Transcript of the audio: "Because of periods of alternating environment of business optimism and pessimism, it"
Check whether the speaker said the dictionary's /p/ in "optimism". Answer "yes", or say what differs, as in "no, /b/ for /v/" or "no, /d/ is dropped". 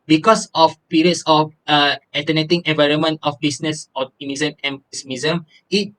no, /p/ is dropped